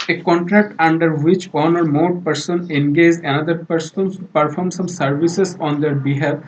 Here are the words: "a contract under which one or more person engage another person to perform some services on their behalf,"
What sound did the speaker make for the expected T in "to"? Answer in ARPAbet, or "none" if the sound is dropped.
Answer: S